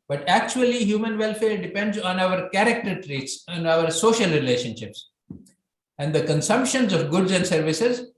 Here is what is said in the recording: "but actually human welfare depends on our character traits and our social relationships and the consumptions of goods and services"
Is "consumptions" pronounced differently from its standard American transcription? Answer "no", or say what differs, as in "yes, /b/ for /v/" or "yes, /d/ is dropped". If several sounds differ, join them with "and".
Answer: no